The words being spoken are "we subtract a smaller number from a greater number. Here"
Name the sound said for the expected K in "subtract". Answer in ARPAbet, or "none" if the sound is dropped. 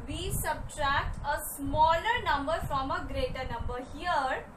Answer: K